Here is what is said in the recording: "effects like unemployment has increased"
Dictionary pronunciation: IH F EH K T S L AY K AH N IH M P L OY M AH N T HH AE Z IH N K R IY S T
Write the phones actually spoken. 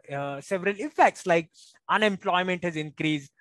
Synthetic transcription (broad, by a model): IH F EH K T S L AY K AH N IH M P L OY M AH N T HH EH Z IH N K R IY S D